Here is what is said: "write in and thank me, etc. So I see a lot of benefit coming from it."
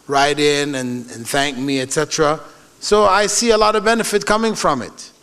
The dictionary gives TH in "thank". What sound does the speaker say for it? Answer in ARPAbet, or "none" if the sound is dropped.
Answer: TH